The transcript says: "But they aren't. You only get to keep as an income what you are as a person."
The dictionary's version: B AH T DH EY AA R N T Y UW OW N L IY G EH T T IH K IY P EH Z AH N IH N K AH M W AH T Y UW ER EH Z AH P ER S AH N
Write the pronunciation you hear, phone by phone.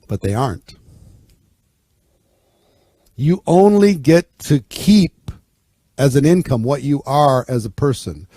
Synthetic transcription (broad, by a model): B AH T DH EY AA R N T Y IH OW N L IY G EH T T IH K IY P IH Z AH N IH N K AH M W AH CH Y ER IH Z AH P ER S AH N